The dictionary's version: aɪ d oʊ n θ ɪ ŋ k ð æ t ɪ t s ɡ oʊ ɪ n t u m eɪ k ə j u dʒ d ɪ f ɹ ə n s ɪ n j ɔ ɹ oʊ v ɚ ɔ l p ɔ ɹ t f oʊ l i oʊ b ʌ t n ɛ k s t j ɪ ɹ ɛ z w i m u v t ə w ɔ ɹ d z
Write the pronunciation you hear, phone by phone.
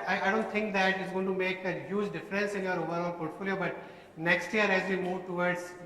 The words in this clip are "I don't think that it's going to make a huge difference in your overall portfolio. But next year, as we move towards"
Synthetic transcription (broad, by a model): aɪ d oʊ n t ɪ ŋ k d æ t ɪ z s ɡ oʊ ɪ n t u m eɪ k ə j u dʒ d ɪ f ɹ ə n s ɪ n j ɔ ɹ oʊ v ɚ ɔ n p ɔ ɹ t f oʊ l i oʊ b ʌ t n ɛ k s t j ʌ ɹ ɛ z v i m u v t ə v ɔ ɹ d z